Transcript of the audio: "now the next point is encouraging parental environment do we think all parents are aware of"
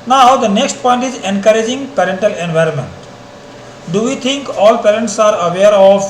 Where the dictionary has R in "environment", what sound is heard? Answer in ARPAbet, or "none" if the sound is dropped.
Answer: R